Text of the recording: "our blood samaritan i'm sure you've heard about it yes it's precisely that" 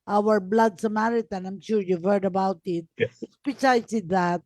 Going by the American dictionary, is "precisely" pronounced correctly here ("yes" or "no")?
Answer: no